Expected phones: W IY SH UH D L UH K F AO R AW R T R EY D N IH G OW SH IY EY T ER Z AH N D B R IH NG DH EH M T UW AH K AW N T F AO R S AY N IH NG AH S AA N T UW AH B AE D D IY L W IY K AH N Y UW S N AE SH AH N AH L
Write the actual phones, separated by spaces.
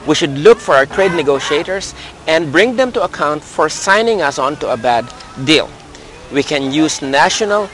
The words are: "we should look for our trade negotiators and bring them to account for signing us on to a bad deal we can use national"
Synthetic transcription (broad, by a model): W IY SH UH D L UH K F AO R AW R T R EY D N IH G OW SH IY EY T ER S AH N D B R IH NG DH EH M T UW AH K AW N T F AO R S AY N IH NG AH S AA N T UW AH B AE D D IY L W IY K AH N Y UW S N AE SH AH N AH L